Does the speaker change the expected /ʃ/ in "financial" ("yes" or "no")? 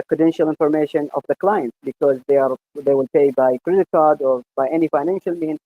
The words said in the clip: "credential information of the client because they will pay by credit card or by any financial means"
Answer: no